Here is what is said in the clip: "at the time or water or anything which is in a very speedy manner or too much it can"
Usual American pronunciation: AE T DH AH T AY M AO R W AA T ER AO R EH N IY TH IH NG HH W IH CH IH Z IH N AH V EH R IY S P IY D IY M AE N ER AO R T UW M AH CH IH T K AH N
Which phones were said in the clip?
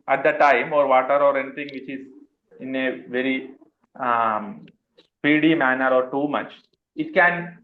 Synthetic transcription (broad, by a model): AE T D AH T AY M AO R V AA T ER AO R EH N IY T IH NG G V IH CH IH Z IH N AH V EH R IY S P IY D IY M AE N ER AO R T UW M AH CH IH T K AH N